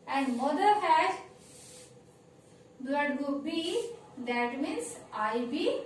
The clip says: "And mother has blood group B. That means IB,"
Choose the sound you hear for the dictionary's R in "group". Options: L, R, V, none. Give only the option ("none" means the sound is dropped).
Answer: none